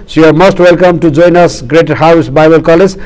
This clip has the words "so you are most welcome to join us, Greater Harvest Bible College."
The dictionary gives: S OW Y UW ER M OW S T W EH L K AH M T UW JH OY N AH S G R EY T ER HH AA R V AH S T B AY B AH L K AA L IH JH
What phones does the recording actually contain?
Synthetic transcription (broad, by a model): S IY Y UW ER M OW S T W EH L K AH M T UW JH OY N AH S G R EY T ER HH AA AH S B AY B AH L K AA L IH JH